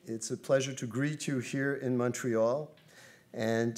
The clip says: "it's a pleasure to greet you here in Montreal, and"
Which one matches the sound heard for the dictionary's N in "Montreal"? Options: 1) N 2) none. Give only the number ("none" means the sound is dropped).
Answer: 1